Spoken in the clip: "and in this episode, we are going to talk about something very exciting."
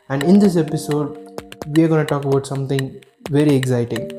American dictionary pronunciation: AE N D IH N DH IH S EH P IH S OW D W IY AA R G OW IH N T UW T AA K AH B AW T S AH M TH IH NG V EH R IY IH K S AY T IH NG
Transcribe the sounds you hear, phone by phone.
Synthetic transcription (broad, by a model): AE N D IH N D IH S EH P IH S OW D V IY AA R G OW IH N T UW T AA K AH B AW T S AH M T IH NG V EH R IY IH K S AY T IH NG